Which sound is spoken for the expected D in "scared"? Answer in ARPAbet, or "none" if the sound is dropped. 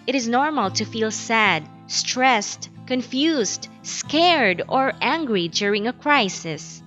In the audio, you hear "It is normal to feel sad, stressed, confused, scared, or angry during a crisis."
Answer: D